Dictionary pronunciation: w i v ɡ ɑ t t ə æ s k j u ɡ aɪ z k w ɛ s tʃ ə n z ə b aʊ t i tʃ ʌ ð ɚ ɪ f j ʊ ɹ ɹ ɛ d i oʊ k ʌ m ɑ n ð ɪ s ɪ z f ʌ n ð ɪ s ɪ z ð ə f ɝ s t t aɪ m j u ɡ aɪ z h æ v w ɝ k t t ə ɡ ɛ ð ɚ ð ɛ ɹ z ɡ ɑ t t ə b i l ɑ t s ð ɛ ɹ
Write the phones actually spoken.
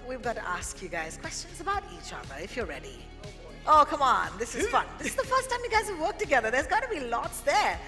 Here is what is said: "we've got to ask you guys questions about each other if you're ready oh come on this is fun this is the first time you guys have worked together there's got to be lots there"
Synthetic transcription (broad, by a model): w i v ɡ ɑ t t ə æ s k j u ɡ aɪ z k w ɛ s tʃ ə n z ə b aʊ t i tʃ ʌ ð ɚ ɪ f j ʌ ɹ ɹ ɛ d i oʊ k ʌ m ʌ n ð ɪ s ɪ z f ʌ n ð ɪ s ɪ z ð ə f ɝ s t t aɪ m j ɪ ɡ aɪ z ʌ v w ɝ k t t ə ɡ ɛ ð ɚ ð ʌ ɹ z ɡ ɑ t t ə b i l ɑ t s ð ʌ ɹ